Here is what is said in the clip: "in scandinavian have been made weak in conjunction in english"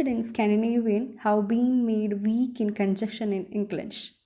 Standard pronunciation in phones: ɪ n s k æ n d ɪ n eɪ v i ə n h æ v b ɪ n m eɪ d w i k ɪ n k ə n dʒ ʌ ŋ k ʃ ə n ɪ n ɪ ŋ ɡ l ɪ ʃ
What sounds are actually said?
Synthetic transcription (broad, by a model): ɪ n s k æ n d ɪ n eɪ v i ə n h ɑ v b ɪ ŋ m eɪ d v i k ɪ n k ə n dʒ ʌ k ʃ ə n ɪ n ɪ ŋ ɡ l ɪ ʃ